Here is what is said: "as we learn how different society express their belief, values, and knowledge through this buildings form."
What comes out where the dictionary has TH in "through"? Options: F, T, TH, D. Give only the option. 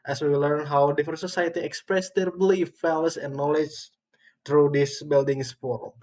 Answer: T